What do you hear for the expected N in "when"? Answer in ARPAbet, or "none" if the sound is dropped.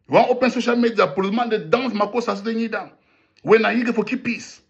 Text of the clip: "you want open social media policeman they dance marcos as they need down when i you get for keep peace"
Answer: N